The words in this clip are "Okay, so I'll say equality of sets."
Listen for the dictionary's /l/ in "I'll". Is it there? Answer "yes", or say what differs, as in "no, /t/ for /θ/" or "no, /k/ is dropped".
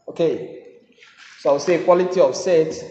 no, /w/ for /l/